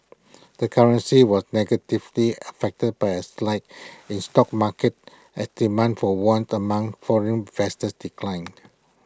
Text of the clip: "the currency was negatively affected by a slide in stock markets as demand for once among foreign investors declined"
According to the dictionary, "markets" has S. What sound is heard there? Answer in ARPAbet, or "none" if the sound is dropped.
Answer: none